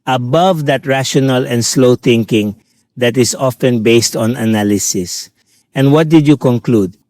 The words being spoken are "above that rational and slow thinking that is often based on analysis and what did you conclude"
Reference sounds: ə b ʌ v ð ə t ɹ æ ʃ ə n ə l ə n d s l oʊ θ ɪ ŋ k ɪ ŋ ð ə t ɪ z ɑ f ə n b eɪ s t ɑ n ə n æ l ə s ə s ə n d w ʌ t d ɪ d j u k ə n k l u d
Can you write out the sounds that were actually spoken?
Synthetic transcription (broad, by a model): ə b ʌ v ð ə t ɹ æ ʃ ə n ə l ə n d s l oʊ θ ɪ ŋ k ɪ ŋ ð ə t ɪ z ɑ f ə n b eɪ s t ɑ n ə n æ l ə s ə s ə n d w ʌ t d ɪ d j u k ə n k l u d